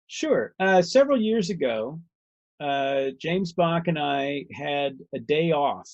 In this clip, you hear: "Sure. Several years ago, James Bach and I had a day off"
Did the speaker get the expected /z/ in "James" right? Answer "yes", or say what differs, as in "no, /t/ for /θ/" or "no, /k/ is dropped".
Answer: yes